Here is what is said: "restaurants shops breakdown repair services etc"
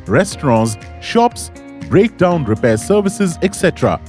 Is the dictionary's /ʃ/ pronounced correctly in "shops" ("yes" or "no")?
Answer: yes